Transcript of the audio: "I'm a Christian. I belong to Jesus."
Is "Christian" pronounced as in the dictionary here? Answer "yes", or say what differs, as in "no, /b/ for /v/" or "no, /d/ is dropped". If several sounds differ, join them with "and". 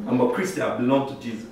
no, /n/ is dropped